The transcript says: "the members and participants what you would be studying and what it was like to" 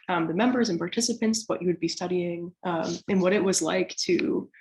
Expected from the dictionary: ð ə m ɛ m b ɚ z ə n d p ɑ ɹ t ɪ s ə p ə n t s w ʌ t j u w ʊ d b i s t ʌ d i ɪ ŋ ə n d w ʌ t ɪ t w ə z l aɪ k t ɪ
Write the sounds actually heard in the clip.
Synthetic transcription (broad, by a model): ð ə m ɛ m b ɚ z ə n p ɑ ɹ t ɪ s ə p ə n t s w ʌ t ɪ w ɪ d b i s t ʌ d i ɪ ŋ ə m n w ʌ t ɪ t w ə z l aɪ k t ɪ